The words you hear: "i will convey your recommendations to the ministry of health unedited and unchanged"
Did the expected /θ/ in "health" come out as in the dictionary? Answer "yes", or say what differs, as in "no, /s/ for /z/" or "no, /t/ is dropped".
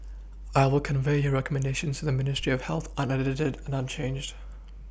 yes